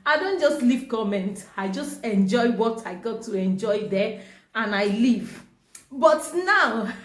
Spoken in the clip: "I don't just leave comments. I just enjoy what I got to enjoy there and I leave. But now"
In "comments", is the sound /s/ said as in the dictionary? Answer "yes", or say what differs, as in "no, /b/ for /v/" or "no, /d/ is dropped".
no, /s/ is dropped